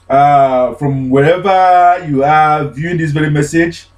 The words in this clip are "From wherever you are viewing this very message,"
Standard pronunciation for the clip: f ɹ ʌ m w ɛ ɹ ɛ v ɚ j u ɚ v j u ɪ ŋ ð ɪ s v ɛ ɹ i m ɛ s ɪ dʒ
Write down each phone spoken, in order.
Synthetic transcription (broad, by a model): f ɹ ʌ m w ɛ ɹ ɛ v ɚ j u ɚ v j u ɪ ŋ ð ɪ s v ɛ ɹ i m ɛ s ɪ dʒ